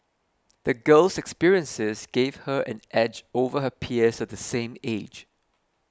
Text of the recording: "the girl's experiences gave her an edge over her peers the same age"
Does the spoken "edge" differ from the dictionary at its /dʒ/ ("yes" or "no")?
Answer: no